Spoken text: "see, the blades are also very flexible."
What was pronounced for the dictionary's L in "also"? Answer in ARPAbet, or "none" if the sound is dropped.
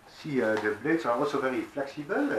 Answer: none